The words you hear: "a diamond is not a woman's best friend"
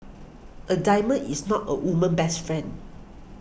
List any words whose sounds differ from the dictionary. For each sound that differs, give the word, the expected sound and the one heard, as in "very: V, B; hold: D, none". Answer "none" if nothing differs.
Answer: diamond: D, none; is: Z, S; woman's: Z, none